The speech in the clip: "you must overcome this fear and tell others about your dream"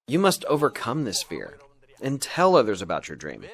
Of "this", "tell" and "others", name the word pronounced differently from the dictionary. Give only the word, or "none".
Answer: none